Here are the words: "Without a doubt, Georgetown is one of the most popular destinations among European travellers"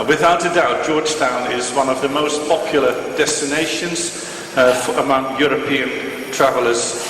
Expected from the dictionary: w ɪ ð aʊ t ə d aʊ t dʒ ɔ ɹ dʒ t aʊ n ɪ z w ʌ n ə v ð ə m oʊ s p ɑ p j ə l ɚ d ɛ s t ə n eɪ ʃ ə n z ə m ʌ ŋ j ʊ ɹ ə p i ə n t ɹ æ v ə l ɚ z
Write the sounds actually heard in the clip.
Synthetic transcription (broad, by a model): w ɪ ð aʊ t ə d aʊ t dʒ ɔ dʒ t aʊ n ɪ z w ʌ n ə v ð ə m oʊ s p ɑ p j l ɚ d ɛ s t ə n eɪ ʃ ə n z ə m ʌ ŋ j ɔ ɹ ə p i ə n t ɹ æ v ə l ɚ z